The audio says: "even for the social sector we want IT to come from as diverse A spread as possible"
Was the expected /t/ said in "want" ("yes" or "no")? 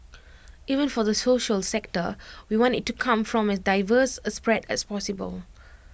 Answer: yes